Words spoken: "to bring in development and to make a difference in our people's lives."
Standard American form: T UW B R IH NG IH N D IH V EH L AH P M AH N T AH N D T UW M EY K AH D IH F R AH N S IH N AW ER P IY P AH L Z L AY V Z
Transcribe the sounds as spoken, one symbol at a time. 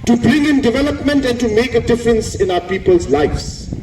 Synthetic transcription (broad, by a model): T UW B R IH NG IH N D IH V EH L AH P M AH N T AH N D T UW M EY K AH D IH F R AH N S IH N AW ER P IY P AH L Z L AY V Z